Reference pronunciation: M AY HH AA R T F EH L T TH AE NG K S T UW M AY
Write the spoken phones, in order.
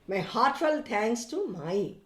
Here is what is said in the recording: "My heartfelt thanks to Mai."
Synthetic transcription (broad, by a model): M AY HH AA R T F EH L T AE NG S T UW M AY